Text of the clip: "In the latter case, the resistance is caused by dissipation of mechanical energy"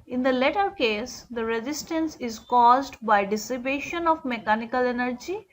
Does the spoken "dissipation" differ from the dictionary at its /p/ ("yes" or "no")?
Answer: yes